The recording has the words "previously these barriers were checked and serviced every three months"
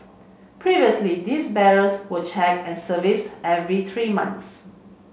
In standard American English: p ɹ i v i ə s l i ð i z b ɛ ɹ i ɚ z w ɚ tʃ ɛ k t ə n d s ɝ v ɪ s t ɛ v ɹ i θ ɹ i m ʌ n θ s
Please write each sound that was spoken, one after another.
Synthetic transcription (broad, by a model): p ɹ i v i ə s l i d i s b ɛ ɹ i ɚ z w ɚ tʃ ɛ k ə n s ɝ v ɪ s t ɛ v ɹ i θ ɹ i m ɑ n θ s